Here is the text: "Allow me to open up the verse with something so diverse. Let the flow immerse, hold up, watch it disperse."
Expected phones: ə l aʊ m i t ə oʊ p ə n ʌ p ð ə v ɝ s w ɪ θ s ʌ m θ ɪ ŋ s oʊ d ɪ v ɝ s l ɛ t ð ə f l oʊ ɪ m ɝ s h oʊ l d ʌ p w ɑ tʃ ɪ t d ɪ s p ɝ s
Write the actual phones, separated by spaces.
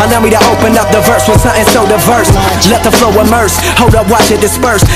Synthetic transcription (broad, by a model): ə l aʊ m i t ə oʊ p ə n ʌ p ð ə v ɝ s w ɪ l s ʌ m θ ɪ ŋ s oʊ d ɪ v ɝ s l ɛ t ð ə f l oʊ ɪ m ɝ s h oʊ l d ʌ p w ɑ tʃ ɪ t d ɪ s p ɝ s